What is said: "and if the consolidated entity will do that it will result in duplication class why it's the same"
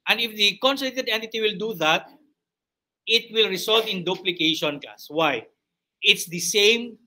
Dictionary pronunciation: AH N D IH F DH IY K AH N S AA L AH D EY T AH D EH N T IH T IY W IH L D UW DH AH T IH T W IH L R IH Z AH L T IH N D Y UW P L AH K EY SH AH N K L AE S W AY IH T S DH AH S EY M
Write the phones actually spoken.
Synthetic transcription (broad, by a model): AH N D IH F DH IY K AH N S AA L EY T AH D EH N T IH T IY W IH L D UW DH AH T IH T W IH L R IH S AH L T IH N D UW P L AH K EY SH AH N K AA S W AY IH T S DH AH S EY M